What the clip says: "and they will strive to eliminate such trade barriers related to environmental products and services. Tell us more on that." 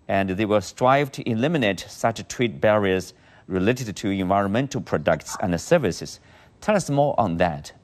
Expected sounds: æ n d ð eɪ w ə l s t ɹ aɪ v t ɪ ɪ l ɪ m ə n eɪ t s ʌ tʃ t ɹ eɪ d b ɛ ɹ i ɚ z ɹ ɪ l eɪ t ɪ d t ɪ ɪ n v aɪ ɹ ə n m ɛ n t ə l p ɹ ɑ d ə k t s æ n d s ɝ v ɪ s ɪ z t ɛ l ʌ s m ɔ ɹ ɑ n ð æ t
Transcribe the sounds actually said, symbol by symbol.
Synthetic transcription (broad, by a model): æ n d ð eɪ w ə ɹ s t ɹ aɪ v t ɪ ɪ l ɪ m ə n eɪ t s ʌ tʃ t w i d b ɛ ɹ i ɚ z ɹ ɪ l eɪ t ɪ d t ɪ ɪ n v aɪ ɹ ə n m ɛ n t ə l p ɹ ɑ d ə k t s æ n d s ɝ v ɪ s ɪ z t ɛ l ʌ s m ɔ ɹ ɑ n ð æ t